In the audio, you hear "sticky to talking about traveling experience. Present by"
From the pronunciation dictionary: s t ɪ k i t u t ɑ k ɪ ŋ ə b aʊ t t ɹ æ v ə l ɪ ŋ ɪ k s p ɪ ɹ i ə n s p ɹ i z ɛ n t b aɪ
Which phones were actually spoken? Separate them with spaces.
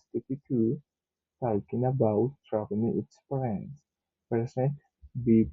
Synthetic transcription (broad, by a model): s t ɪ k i t u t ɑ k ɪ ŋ ə b aʊ t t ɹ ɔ p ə n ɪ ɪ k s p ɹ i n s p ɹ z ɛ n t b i